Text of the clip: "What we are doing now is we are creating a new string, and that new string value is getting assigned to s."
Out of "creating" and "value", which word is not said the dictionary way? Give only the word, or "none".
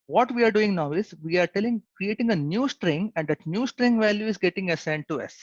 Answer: none